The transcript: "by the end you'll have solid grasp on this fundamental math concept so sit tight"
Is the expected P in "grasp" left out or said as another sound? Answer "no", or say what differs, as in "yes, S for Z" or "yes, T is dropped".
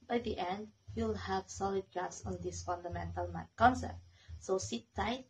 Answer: yes, P is dropped